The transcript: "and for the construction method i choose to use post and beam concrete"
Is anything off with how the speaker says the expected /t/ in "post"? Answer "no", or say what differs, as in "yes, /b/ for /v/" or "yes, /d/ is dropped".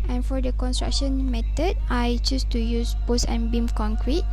yes, /t/ is dropped